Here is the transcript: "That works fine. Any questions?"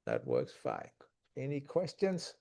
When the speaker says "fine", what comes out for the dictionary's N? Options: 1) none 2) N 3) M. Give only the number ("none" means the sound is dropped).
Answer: 1